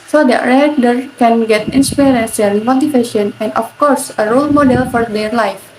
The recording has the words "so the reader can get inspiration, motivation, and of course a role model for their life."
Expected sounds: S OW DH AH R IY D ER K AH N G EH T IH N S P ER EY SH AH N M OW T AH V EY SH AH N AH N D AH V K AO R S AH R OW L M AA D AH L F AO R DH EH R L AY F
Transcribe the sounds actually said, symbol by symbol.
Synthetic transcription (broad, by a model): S OW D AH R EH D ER K AH N G EH T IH N S P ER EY S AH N M OW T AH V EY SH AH N AH N D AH F K AO R S AH R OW L M AA D AH L F AO R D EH R L AY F